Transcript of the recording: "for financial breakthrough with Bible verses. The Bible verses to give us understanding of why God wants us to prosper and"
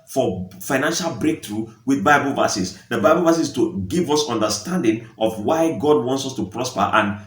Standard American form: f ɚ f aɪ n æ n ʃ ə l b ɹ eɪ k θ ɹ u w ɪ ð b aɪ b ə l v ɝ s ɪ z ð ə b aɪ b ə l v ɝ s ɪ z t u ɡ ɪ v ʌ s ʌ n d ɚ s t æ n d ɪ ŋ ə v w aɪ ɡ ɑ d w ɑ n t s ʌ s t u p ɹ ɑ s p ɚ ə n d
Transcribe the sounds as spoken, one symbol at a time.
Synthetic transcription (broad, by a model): f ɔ f aɪ n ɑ n ʃ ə l b ɹ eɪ k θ ɹ u w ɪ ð b aɪ b ə l v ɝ s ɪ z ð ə b aɪ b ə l v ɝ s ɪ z t u ɡ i v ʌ s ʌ n d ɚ s t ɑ n d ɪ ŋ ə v w aɪ ɡ ɑ d w ɑ n t s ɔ s t u p ɹ ɑ s p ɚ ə n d